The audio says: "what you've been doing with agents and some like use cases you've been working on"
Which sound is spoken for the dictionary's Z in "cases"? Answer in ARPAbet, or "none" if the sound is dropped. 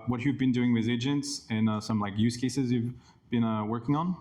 Z